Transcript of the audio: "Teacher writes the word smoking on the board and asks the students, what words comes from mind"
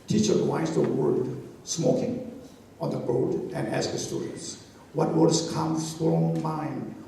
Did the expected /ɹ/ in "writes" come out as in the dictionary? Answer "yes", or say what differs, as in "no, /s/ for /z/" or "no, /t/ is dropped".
no, /w/ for /ɹ/